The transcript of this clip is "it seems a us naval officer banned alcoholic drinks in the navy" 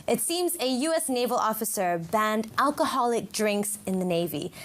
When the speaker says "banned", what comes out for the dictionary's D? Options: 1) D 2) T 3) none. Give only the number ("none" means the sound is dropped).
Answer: 1